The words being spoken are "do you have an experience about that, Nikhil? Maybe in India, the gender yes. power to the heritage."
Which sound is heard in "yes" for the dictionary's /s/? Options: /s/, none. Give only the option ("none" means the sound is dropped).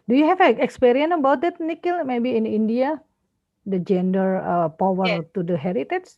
none